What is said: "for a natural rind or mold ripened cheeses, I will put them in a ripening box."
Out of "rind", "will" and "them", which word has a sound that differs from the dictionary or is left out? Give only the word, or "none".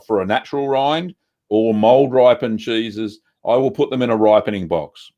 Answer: none